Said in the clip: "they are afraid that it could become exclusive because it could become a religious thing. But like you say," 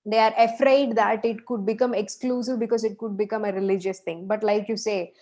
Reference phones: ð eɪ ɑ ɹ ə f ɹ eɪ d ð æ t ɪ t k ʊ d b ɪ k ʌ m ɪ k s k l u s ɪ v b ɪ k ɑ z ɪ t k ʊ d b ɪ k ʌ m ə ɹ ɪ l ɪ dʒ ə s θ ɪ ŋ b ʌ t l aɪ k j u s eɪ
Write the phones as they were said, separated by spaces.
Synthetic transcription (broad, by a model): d eɪ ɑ ɹ ə f ɹ eɪ d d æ t ɪ t k ʊ d b ɪ k ʌ m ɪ k s k l u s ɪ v b ɪ k ɑ z ɪ t k ʊ d b ɪ k ʌ m ə ɹ ɪ l ɪ dʒ ə s t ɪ ŋ b ʌ t l aɪ k j u s eɪ